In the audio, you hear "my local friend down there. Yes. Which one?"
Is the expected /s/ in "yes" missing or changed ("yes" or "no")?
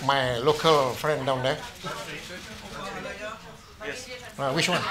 yes